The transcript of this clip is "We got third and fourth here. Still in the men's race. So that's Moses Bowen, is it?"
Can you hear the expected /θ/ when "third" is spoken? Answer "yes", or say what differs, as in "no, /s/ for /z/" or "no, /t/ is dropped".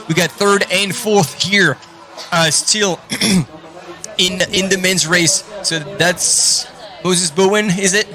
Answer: yes